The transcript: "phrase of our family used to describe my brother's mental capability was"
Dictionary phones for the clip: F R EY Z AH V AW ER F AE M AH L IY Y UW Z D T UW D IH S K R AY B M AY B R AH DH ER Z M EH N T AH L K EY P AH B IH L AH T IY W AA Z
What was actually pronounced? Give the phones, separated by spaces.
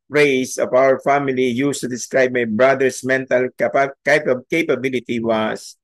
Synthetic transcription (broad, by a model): R EY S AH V AW ER F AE M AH L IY Y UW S T UW D IH S K R AY B M AY B R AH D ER S M EH N T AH L K EY P AH B IH L AH T IY W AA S